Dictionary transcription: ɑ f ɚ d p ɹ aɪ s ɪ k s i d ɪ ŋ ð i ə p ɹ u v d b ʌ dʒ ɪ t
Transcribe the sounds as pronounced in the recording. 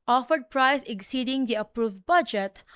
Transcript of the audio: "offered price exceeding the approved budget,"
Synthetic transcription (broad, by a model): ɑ f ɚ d p ɹ aɪ s ɪ k s i d ɪ ŋ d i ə p ɹ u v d b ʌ dʒ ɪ t